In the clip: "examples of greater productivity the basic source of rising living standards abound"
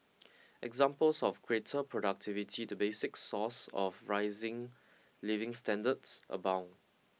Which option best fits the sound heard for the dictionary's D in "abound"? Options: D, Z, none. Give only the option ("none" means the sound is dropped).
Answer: none